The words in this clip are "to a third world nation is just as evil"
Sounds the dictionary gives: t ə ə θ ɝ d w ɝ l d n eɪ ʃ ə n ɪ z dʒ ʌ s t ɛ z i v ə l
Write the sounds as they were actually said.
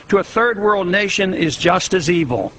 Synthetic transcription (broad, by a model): t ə ə θ ɝ d w ɝ l d n eɪ ʃ ə n ɪ z dʒ ʌ s t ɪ z i v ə l